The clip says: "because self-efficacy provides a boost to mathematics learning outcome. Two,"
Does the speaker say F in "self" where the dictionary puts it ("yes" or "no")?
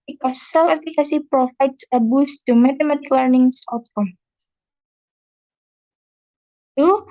no